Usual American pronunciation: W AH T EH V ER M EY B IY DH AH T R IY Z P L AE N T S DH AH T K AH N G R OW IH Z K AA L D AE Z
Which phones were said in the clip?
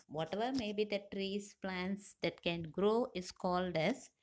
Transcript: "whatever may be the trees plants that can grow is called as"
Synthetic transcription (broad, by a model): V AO T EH V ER M EY B IY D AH T R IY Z P L AE N T S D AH T K AH N G R OW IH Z K AA L D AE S